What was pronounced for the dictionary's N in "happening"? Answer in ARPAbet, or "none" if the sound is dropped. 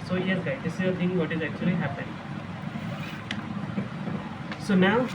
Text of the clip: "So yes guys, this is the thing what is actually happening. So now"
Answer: none